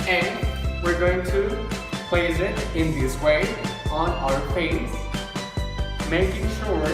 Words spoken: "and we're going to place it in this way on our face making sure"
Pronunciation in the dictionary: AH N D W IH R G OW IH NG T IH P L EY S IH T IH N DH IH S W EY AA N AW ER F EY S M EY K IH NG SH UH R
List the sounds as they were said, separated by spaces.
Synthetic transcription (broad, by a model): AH N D W IH R G OW IH NG T IH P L EY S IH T IH N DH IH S W EY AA N AW ER P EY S M EY K IH NG SH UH R